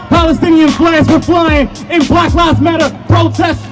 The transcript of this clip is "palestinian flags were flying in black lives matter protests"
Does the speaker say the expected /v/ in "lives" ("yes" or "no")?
no